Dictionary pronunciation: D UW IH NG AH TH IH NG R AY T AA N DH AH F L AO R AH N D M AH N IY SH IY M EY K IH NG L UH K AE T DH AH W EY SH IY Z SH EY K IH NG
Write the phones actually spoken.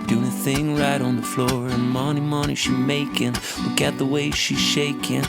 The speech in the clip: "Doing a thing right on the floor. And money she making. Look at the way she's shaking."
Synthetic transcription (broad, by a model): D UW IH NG AH TH IH NG R AY T N DH AH F L AO R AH N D M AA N IY SH IY M EY K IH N L UH K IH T DH AH W EY SH IY Z SH EY K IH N